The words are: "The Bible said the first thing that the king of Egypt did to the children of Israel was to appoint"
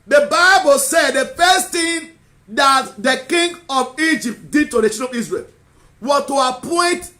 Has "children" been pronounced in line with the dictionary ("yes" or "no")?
no